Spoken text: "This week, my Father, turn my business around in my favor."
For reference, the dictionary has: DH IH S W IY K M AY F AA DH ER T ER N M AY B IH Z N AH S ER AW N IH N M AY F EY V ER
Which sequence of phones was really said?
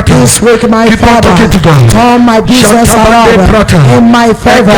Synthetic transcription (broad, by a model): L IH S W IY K M AY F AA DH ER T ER M AY B IH Z N AH S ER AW IH N M AY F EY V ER